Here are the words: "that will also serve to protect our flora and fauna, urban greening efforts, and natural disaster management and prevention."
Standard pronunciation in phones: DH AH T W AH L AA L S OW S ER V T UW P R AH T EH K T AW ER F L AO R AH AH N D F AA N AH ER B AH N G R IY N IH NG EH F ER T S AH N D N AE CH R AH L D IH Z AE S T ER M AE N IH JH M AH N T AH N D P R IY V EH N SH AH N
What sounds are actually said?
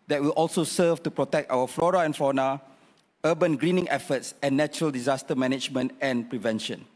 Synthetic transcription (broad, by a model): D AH T W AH L AA L S OW S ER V T UW P R AH T EH K T AW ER F L AO R AH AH N F AA N AH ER B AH N G R IY N IH NG EH F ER T S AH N N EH CH R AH L D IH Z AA S T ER M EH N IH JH M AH N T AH N P R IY V EH N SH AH N